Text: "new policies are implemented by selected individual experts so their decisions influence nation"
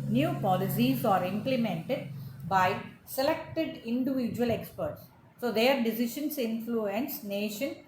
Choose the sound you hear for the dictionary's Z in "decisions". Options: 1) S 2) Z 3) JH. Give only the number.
1